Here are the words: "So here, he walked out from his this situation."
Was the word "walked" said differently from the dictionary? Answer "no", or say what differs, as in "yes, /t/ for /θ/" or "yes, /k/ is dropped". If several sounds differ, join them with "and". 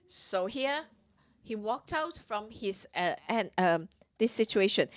no